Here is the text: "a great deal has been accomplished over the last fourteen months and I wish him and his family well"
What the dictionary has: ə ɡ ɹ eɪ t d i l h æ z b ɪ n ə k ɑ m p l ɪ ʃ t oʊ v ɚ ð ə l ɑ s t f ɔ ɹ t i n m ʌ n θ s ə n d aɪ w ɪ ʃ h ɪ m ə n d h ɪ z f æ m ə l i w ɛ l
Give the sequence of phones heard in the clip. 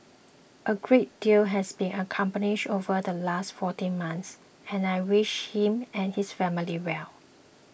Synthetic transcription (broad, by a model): ə ɡ ɹ eɪ t d i l h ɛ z b ɪ n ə k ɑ m p n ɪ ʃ oʊ v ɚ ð ə l ɑ s t f ɔ t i n m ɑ n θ s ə n aɪ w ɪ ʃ h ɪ m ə n h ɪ s f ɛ m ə l i w ɛ l